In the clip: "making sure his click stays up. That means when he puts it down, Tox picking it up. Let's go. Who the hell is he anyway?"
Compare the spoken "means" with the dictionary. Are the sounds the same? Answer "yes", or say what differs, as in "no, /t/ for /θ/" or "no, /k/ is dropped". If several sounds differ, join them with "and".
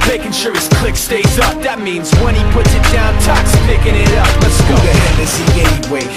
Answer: yes